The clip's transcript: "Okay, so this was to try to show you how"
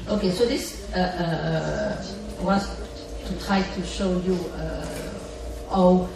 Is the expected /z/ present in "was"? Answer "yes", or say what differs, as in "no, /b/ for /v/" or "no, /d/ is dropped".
no, /s/ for /z/